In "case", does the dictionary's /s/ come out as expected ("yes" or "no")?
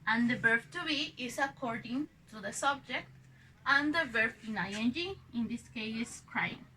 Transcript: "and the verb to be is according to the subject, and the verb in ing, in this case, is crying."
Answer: no